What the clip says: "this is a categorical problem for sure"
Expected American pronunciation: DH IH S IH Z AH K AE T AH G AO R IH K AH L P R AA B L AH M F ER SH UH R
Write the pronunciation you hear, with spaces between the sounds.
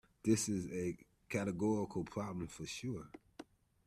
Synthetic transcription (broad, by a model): DH IH S IH Z AH K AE T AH G AO R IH K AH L P R AA B L AH M F ER SH UH R